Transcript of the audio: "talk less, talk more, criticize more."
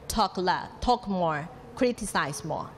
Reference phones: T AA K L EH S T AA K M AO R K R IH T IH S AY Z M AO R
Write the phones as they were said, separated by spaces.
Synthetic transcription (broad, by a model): T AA K L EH T AA K M AO R K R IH T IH S AY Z M AO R